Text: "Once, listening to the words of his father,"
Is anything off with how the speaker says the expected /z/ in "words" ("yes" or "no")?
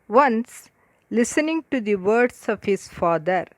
yes